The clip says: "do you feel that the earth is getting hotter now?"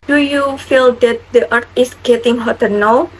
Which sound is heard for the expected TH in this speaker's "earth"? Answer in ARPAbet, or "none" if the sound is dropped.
T